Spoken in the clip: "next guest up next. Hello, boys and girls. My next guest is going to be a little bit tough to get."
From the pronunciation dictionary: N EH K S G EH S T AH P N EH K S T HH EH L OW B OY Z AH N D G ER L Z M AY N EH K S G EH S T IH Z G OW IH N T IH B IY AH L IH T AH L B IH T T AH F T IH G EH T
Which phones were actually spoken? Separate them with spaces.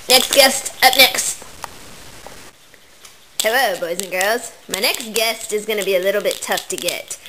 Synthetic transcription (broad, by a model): N EH K S G EH S T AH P N EH K S T HH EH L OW B OY Z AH N G ER L Z M AY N EH K S G EH S T IH Z G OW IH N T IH B IY AH L IH T L B IH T T AH F T IH G EH T